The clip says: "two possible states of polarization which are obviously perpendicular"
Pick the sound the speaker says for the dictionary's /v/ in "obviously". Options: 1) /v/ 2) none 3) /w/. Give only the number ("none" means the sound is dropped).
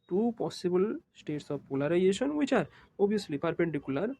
2